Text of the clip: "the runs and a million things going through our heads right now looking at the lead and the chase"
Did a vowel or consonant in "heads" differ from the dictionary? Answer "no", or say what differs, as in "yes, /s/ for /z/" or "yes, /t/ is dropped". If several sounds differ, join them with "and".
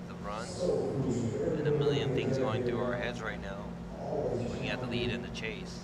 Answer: no